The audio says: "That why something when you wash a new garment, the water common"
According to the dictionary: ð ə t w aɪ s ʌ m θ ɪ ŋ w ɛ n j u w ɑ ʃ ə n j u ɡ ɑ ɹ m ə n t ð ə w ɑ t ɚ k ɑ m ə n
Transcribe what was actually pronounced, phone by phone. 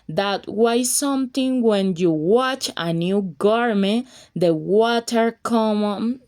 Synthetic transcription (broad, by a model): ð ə t w aɪ s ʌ m t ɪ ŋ w ɛ n j u w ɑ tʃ ə n j u ɡ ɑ ɹ m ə n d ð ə w ɑ t ɚ k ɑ m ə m